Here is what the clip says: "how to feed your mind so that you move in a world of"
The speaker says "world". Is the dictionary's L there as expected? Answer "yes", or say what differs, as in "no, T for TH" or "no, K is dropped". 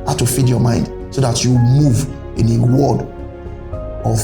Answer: no, L is dropped